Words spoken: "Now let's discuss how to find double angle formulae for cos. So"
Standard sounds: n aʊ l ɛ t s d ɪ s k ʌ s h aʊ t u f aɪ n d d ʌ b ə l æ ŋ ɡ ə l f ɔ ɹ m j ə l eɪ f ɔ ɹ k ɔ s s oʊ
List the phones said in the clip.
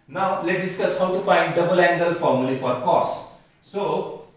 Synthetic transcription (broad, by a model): n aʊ l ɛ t d ɪ s k ʌ s h aʊ t u f aɪ n d d ʌ b ə l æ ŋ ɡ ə l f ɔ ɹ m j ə l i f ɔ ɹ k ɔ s s oʊ